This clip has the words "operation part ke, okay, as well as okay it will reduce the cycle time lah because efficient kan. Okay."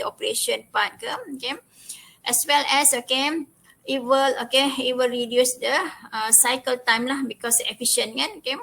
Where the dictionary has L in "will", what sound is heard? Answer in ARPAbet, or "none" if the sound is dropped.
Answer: L